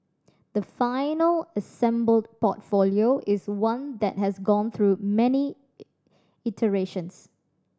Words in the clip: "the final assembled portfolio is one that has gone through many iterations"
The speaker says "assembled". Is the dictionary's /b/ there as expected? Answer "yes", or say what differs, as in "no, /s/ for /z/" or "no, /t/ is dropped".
yes